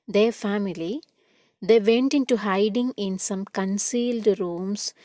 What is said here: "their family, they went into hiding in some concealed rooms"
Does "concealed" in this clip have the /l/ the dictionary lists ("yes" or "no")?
yes